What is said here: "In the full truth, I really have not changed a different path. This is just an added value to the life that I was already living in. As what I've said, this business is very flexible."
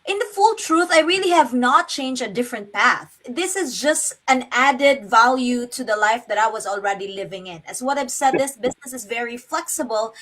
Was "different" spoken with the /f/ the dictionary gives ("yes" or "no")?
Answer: yes